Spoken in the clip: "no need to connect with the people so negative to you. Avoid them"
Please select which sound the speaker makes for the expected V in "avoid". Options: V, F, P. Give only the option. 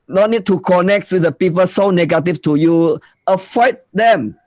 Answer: F